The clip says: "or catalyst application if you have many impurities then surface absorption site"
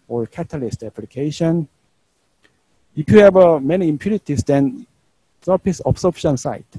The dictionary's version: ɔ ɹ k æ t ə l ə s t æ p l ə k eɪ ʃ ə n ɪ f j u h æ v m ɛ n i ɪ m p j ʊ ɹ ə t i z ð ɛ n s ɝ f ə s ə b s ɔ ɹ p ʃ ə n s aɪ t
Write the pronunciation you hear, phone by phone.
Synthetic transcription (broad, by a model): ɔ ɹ k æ t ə l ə s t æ p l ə k eɪ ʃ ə n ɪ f j u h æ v m ɛ n i m p j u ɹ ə t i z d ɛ n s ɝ p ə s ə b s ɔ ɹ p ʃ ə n s aɪ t